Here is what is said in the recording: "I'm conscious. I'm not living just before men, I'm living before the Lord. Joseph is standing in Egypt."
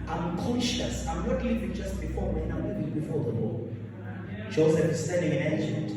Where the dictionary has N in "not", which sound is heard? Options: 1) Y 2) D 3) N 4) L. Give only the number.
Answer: 4